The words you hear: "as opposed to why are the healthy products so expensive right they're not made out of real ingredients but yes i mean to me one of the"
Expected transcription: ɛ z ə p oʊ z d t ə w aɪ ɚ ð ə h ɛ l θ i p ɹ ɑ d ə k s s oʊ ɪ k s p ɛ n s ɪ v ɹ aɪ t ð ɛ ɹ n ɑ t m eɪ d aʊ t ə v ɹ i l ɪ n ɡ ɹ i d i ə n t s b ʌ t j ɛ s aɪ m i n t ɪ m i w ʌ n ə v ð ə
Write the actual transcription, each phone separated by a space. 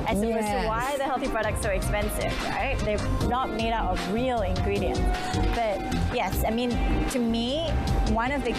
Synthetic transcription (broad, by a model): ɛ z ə oʊ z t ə w aɪ ð ə h ɛ l θ i p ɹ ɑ d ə k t s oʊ ɪ k s p ɛ n s ɪ v ɹ aɪ t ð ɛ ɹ n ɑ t m eɪ d aʊ t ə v ɹ i l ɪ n ɡ ɹ i d i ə n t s b ʌ t j ɛ s aɪ m i n t ɪ m i w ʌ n ə v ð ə